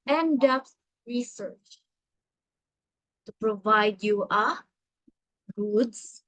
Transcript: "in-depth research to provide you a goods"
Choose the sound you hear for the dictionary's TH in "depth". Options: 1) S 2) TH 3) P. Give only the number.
1